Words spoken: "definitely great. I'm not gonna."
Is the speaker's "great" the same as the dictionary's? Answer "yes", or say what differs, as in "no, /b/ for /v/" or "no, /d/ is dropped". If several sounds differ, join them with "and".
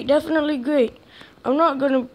yes